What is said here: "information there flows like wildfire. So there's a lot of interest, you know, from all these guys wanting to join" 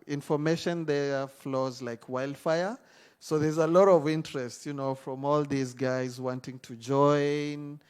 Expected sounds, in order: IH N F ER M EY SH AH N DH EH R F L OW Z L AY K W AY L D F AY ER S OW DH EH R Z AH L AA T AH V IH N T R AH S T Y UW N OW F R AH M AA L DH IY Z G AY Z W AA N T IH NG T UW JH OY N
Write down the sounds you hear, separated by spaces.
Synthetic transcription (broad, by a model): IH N F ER M EY SH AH N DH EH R F L OW Z L AY K W AY L D F AY ER S OW DH EH R Z AH L AA T AH V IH N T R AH S T Y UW N OW F R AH M AA L DH IY Z G AY Z W AA N T IH NG T UW JH OY N